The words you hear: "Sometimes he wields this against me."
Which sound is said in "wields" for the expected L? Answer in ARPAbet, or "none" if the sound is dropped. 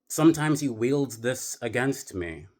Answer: L